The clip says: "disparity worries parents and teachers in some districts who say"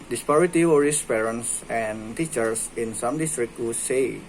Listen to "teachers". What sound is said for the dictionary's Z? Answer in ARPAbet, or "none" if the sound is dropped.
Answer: S